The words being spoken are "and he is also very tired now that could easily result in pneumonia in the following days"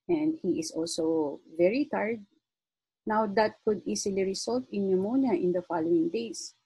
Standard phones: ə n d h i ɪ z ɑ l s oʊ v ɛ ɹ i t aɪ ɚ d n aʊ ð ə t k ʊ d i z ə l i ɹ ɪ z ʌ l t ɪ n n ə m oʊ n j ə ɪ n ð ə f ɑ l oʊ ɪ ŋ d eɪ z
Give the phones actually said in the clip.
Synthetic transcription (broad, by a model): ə n d h i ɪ s ɑ l s oʊ v ɛ ɹ i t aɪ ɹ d n aʊ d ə t k ʊ d i s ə l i ɹ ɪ s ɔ l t ɪ n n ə m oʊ n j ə ɪ n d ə f ɑ l oʊ ɪ ŋ d eɪ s